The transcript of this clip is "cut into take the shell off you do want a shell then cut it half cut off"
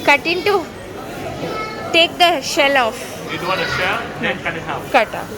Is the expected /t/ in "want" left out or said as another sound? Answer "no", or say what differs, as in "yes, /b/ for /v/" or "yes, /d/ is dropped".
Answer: yes, /t/ is dropped